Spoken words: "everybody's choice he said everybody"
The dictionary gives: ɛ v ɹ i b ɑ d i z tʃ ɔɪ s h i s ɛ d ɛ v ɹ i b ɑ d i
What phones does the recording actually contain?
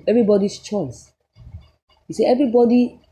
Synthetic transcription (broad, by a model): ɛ v ɹ i b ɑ d i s tʃ ɔɪ s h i s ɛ ɛ v ɹ i b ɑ d i